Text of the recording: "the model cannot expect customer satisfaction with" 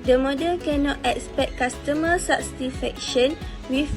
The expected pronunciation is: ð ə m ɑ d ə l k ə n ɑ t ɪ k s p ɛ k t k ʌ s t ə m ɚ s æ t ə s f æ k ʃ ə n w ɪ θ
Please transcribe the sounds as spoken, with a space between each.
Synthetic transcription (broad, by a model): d ə m ɑ d ə l k ə n ɑ t ɪ k s p ɛ k t k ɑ s t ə m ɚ s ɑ s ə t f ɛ k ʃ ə n w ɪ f